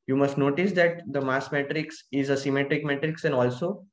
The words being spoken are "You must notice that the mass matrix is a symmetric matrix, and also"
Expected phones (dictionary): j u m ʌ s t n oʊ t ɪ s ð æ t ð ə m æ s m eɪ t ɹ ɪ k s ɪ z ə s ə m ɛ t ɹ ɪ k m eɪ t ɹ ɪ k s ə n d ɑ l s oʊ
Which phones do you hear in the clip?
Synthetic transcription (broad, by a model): j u m ʌ s t n oʊ t ɪ s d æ t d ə m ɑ s m eɪ t ɹ ɪ k s ɪ z ə s ə m ɛ t ɹ ɪ k m eɪ t ɹ ɪ k s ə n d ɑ l s oʊ